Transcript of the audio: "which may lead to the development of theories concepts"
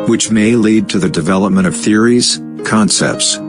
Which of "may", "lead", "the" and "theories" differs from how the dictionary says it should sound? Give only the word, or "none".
none